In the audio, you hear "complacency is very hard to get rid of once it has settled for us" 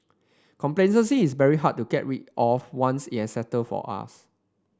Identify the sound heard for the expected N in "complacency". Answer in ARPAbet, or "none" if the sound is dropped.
none